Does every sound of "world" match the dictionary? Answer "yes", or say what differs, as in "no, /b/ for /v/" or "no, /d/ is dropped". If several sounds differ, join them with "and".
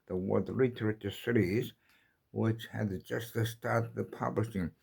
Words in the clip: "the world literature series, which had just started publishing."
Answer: no, /l/ is dropped